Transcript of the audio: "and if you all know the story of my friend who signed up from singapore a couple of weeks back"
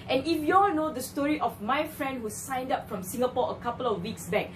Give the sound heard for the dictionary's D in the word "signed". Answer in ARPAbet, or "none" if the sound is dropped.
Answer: D